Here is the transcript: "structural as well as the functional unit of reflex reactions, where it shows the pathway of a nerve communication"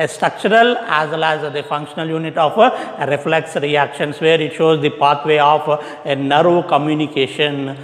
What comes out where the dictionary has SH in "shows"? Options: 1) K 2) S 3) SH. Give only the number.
3